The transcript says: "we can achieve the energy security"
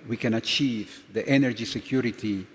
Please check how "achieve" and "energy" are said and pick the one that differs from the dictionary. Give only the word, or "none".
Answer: none